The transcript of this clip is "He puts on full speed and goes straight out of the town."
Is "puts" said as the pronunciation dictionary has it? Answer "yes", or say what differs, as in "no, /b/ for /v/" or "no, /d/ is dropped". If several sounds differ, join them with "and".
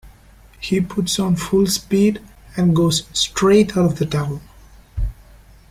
yes